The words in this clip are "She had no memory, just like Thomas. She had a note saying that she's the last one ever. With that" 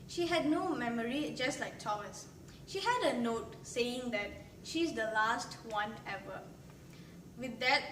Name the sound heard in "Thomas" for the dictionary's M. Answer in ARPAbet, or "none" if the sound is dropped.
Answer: none